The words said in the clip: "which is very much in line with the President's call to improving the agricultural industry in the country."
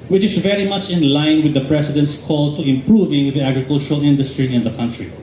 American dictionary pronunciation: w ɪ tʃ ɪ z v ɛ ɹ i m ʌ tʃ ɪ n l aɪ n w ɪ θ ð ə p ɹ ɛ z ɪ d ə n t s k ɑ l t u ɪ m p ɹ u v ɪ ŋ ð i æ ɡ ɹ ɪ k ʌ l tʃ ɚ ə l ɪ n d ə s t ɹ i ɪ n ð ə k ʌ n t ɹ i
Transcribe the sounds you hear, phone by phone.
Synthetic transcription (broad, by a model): w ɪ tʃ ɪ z v ɛ ɹ i m ʌ tʃ ɪ n l aɪ n w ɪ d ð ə p ɹ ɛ s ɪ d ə n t s k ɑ l t u ɪ m p ɹ u v ɪ ŋ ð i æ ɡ ɹ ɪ k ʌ l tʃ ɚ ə l ɪ n d ə s t ɹ i ɪ n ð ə k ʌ n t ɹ i